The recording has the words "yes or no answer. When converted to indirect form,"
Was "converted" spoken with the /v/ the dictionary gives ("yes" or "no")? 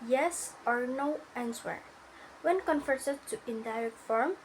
no